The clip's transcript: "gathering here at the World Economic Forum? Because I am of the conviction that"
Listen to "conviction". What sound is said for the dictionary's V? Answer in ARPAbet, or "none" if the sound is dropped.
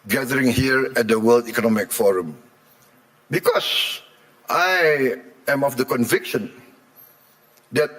V